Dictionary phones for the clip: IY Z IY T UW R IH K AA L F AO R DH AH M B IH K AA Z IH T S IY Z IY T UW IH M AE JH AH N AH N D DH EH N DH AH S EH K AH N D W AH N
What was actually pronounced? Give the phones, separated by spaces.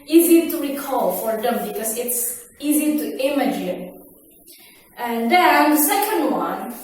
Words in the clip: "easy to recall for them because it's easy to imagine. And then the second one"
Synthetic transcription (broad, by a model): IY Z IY T UW R IH K AA L F AO R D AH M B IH K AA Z IH T S IY Z IY T UW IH M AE JH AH N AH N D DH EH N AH S EH K AH N D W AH N